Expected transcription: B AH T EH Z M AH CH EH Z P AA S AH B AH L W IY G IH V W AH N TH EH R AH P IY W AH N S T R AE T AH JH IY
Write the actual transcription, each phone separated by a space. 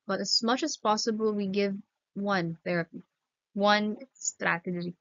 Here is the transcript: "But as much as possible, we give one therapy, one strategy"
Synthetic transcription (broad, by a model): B AH T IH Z M AH CH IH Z P AA S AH B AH L W IY G IH V W AH N TH EH R AH P IY W AH N S T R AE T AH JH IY